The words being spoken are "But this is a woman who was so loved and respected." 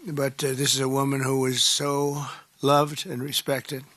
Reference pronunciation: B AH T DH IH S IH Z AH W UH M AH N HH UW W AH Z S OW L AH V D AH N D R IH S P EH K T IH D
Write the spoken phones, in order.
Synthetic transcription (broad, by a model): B AH T DH IH S IH Z AH W UH M AH N HH UW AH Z S OW L AH V D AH N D R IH S P EH K T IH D